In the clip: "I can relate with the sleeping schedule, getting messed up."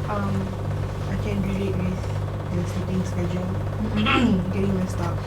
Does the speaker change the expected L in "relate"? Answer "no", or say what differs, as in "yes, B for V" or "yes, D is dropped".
yes, L is dropped